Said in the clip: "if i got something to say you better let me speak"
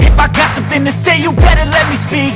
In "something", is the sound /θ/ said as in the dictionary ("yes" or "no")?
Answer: yes